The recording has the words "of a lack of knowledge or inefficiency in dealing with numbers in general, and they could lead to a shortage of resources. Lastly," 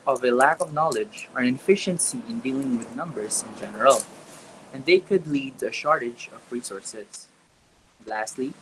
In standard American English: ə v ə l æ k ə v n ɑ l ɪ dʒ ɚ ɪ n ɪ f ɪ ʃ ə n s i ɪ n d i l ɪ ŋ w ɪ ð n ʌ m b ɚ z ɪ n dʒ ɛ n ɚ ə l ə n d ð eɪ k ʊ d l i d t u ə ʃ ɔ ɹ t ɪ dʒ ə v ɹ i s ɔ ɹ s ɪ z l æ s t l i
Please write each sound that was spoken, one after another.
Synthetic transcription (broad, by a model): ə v ə l æ k ə v n ɑ l ɪ dʒ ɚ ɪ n f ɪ ʃ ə n s i ɪ n d i l ɪ ŋ w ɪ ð n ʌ m b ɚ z ɪ n dʒ ɛ n ɚ ə l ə n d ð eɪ k ʊ d l i d t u ə ʃ ɔ ɹ t ɪ dʒ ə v ɹ i s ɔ ɹ s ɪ s l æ s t l i